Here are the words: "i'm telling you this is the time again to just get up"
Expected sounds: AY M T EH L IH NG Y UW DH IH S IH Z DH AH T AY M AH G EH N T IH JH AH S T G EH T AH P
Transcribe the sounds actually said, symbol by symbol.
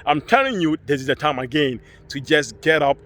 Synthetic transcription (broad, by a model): AY M T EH N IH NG Y UW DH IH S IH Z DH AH T AY M AH G EH N T IH JH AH S G EH T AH P